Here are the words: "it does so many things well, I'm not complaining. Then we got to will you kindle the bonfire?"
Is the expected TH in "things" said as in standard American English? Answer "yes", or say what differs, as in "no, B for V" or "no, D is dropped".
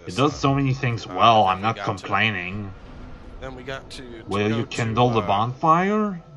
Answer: yes